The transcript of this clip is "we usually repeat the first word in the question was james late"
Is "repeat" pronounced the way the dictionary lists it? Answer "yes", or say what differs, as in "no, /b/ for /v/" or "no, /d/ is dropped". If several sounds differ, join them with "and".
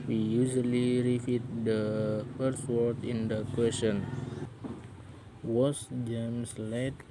no, /f/ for /p/